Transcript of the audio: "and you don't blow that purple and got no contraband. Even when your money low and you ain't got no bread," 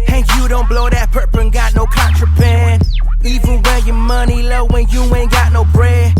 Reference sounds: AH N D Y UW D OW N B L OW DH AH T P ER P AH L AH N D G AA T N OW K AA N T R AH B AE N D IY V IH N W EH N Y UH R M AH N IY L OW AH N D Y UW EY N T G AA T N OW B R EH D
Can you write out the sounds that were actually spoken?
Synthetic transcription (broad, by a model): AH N Y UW D OW N B L OW DH AH T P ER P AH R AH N G AA T N OW K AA N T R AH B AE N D IY V IH N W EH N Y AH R M AH N IY L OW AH N Y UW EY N G AA T N OW B R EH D